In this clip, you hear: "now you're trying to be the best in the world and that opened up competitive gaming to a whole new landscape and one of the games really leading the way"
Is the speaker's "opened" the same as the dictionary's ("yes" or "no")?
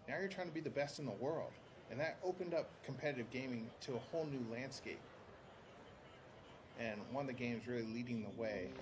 yes